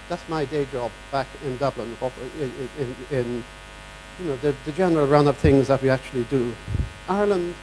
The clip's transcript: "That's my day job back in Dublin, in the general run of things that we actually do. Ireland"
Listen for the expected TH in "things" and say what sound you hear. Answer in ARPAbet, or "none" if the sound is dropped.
TH